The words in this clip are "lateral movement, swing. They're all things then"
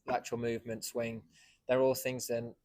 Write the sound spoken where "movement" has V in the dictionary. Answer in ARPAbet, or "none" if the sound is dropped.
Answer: V